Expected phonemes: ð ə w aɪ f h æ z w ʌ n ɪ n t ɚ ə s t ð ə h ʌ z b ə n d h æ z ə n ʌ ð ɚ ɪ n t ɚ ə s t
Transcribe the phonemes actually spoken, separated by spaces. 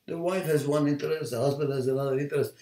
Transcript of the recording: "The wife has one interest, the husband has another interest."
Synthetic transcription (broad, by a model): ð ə w aɪ f h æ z w ʌ n ɪ n t ɚ ə s t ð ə h ʌ z b ə n d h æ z ə n ʌ ð ɚ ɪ n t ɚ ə s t